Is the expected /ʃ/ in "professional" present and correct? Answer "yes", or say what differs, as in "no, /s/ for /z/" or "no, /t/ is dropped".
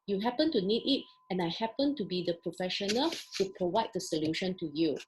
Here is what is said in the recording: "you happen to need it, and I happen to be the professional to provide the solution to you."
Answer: yes